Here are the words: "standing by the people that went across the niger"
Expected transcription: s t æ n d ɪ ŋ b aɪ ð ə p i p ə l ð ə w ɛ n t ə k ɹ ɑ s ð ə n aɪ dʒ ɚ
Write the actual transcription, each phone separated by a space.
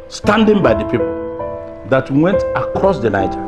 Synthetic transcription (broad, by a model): s t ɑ n d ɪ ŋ b aɪ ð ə p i p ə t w w ɛ n t ə k ɹ ɑ s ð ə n aɪ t